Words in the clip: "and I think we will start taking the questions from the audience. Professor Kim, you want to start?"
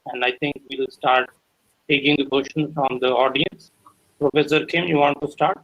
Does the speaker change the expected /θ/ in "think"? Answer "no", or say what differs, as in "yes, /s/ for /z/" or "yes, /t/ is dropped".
yes, /t/ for /θ/